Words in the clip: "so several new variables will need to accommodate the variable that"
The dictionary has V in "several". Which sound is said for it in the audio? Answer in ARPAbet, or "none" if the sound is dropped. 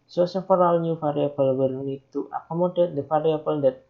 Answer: F